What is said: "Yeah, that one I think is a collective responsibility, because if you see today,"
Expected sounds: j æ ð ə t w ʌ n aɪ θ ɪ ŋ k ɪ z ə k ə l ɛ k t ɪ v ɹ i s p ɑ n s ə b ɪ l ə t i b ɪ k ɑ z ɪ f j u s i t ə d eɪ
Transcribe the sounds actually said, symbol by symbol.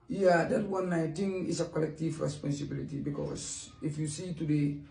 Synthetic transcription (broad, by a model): j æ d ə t w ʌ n aɪ t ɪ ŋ ɪ s ə k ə l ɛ k t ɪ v ɹ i s p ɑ n s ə b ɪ l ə t i b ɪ k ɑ s ɪ f j u s i t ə d eɪ